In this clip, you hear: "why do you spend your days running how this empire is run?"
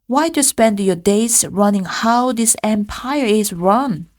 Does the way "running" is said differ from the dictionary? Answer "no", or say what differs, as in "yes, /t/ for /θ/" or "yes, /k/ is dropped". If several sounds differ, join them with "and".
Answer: no